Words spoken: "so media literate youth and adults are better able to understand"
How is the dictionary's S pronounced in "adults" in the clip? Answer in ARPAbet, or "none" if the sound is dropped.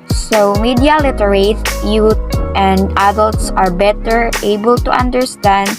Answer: S